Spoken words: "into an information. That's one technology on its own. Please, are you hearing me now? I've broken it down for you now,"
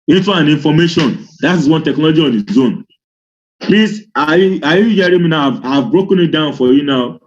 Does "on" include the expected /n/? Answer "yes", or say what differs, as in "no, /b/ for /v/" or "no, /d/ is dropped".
yes